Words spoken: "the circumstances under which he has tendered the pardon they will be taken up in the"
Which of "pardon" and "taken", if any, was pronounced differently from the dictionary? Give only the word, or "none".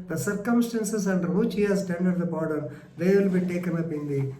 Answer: pardon